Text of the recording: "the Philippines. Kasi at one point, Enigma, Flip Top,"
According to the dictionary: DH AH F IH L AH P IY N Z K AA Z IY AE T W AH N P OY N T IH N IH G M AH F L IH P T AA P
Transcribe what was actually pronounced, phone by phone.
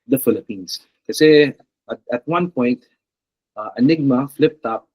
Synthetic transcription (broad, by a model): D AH F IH L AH P IY N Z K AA S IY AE T W AH N P OY N T IH N IH G M AH F L IH P T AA P